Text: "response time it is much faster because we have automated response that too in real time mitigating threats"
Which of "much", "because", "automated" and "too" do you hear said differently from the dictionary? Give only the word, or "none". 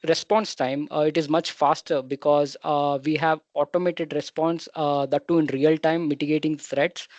none